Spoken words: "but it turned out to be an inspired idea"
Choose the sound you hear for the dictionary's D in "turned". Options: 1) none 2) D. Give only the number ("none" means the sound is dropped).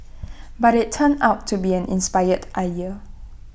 1